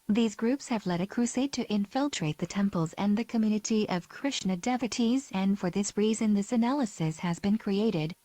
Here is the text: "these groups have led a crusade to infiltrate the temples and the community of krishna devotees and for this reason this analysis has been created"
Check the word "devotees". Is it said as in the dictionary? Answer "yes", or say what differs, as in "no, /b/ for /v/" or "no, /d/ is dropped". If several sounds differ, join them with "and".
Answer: yes